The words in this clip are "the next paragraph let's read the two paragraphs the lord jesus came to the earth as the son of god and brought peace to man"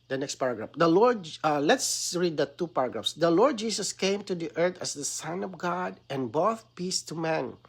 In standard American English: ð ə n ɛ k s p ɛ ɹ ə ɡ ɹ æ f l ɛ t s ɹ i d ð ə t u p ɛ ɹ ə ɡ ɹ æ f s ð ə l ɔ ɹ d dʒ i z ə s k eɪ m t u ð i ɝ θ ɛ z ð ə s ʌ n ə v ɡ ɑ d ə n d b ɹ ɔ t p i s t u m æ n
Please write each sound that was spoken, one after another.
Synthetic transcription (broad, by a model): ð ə n ɛ k s p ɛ ɹ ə ɡ ɹ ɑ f l ɛ t s ɹ i d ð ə t u p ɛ ɹ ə ɡ ɹ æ f s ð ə l ɔ ɹ d dʒ i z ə s k eɪ m t u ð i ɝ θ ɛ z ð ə s ʌ n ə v ɡ ɑ d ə n b ɔ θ p i s t u m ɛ n